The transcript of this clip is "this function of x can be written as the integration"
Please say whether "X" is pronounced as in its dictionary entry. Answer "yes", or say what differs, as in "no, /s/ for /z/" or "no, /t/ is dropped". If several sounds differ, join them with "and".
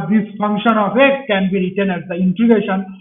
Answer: no, /s/ is dropped